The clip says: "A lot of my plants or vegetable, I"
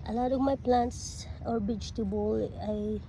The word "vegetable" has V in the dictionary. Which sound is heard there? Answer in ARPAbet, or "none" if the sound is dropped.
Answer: B